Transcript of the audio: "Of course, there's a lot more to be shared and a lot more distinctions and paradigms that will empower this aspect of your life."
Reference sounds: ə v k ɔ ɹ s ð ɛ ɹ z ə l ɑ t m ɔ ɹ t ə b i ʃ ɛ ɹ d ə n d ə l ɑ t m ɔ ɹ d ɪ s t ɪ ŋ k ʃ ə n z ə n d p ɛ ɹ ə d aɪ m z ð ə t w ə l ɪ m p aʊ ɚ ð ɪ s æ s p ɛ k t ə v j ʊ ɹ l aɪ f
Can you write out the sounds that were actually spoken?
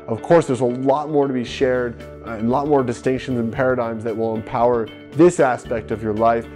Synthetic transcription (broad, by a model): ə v k ɔ ɹ s ð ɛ ɹ z ə l ɑ t m ɔ ɹ t ə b i ʃ ɛ ɹ d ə n l ɑ t m ɔ ɹ d ɪ s t ɪ ŋ k ʃ ə n z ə n p ɛ ɹ ə d aɪ m z ð ə t w ə l ɪ m p aʊ ɚ ð ɪ s æ s p ɛ k t ə v j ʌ ɹ l aɪ f